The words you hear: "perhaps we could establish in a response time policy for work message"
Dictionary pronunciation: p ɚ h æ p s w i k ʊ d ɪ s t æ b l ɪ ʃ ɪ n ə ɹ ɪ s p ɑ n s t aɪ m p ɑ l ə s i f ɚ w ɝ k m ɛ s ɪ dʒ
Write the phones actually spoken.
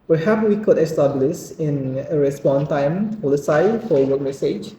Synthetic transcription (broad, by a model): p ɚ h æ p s w i k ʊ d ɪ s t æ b l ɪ s ɪ n ə ɹ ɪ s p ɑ n t aɪ m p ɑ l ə s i f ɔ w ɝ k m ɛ s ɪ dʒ